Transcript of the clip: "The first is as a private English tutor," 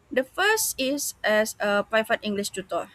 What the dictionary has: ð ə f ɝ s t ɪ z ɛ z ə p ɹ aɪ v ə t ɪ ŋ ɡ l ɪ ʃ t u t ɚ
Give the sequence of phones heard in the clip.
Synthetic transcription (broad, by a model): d ə f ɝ s t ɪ s ɛ s ə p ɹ aɪ f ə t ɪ ŋ ɡ l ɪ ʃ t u t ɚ